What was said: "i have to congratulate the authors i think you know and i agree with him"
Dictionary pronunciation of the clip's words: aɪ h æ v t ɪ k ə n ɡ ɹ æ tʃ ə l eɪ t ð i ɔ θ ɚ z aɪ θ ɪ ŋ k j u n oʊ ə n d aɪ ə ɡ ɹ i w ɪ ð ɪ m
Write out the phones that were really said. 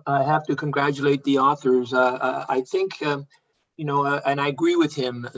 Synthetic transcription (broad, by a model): aɪ h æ f t ɪ k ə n ɡ ɹ æ tʃ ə l eɪ t ð i ɔ θ ɚ z aɪ θ ɪ ŋ k j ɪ n oʊ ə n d aɪ ə ɡ ɹ i w ɪ ð ɪ m